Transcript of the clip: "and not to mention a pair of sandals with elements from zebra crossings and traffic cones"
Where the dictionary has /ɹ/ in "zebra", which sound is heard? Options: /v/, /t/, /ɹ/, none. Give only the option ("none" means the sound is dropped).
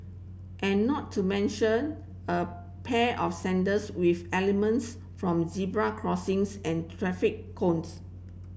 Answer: /ɹ/